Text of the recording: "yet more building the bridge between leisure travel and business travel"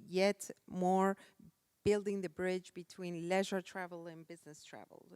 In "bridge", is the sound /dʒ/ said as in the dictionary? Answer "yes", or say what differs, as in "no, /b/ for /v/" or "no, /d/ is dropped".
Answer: yes